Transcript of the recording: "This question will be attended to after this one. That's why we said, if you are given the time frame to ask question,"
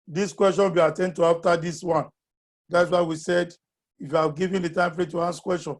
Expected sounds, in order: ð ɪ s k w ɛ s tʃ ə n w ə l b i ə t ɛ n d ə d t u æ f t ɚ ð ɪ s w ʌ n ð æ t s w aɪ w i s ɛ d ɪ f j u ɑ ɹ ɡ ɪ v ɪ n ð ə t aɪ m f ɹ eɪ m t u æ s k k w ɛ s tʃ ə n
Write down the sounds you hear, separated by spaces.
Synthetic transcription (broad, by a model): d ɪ s k w ɛ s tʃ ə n b i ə t ɛ n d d t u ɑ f t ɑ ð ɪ s w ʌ n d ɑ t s w aɪ w i s ɛ d ɪ f j u ɑ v ɡ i v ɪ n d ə t aɪ m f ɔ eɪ t u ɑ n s k w ɛ s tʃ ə n